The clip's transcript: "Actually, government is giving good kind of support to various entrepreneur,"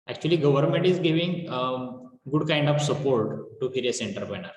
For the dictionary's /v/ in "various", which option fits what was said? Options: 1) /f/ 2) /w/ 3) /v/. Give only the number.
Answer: 1